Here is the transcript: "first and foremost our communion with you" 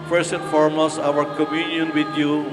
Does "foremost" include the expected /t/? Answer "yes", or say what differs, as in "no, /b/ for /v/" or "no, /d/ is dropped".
no, /t/ is dropped